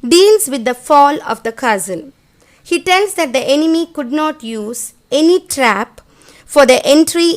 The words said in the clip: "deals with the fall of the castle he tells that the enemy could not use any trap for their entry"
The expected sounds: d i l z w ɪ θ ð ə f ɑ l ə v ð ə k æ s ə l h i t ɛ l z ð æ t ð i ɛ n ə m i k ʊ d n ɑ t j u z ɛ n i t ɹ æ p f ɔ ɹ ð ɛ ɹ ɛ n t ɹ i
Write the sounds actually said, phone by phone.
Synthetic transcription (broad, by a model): d i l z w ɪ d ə f ɑ l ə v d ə k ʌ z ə n h i t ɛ l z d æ t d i ɛ n ə m i k ʊ d n ɑ t j u z ɛ n i t ɹ æ p f ɔ ɹ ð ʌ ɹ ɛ n t ɹ i